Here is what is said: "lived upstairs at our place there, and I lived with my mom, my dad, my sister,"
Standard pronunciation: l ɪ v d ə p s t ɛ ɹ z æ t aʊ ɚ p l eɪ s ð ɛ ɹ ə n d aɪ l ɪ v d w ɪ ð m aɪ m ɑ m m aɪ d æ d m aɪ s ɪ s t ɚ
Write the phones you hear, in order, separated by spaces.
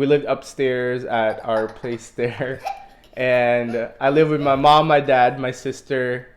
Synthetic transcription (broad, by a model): l ɪ v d ə p s t ɛ ɹ z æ t aʊ ɚ p l eɪ s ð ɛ ɹ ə n aɪ l ɪ v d w ɪ ð m aɪ m ɑ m m aɪ d æ d m aɪ s ɪ s t ɚ